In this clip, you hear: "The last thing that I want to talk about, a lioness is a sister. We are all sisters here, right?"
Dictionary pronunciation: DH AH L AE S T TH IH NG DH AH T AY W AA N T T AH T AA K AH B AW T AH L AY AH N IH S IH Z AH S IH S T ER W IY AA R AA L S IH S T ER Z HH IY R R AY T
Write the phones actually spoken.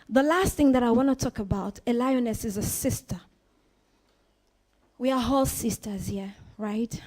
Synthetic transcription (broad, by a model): DH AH L AE S T TH IH NG DH AH T AY W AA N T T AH T AA K AH B AW T AH L AY AH N IH S IH Z AH S IH S T ER W IY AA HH AA L S IH S T ER Z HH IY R R AY T